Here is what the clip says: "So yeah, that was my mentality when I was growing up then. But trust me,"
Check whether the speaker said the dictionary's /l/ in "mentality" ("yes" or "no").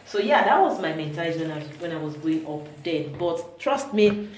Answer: no